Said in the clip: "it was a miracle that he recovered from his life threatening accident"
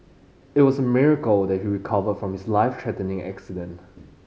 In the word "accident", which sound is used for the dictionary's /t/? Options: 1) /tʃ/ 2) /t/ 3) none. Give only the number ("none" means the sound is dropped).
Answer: 2